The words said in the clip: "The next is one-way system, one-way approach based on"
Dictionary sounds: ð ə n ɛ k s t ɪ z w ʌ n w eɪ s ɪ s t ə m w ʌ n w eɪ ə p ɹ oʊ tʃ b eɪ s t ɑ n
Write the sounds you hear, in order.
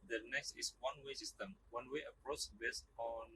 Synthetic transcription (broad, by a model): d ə n ɛ k s t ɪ s w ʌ n w eɪ s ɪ s t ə m w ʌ n w eɪ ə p ɹ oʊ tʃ b eɪ s t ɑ n